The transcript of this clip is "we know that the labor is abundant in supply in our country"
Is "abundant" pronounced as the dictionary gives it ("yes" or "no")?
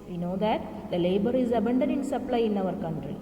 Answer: no